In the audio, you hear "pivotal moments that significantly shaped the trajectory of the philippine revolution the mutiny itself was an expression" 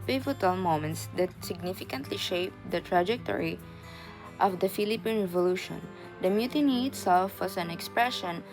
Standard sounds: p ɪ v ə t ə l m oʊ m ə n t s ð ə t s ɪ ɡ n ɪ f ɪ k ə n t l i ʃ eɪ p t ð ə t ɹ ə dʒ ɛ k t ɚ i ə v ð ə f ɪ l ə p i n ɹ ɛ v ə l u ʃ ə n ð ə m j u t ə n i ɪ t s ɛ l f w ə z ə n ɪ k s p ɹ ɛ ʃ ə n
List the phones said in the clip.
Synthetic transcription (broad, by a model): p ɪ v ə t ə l m oʊ m ə n t s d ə t s ɪ ɡ n ɪ f ɪ k ə n t l i ʃ eɪ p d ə t ɹ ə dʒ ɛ k t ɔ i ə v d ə f ɪ l ə p i n ɹ ɛ v ə l u ʃ ə n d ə m j u t ə n i ɪ t s ɛ l f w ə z ə n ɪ k s p ɹ ɛ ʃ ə n